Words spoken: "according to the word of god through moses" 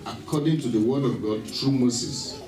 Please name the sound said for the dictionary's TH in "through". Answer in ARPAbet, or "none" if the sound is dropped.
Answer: T